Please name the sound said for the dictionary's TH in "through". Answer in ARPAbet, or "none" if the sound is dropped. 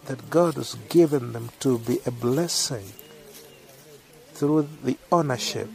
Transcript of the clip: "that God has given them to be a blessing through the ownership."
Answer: TH